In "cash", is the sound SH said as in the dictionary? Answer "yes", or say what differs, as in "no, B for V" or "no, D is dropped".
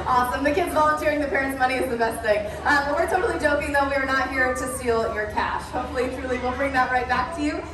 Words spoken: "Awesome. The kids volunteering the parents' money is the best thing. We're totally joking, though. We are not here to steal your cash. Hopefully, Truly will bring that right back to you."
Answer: yes